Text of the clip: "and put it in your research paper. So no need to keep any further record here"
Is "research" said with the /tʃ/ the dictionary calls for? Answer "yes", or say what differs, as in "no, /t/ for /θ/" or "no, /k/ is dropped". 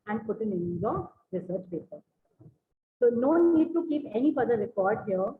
yes